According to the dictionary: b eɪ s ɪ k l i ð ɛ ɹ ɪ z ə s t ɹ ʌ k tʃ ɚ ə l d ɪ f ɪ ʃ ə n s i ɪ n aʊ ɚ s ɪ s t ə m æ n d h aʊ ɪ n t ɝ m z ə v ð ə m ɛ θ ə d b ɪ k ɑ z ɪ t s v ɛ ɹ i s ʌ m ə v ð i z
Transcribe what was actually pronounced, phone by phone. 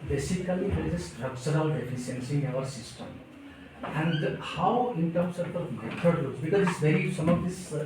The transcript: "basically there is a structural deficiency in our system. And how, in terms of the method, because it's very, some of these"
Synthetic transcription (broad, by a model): b eɪ s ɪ k l i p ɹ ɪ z ə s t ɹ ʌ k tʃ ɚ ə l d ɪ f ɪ s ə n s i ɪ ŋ aʊ ɚ s ɪ s t ə m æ n d h aʊ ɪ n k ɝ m s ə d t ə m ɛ t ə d b ɪ k ɑ z ɪ t s v ɛ ɹ i s ʌ m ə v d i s